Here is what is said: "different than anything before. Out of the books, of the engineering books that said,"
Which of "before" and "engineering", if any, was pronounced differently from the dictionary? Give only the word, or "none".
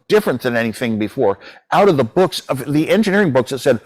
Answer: none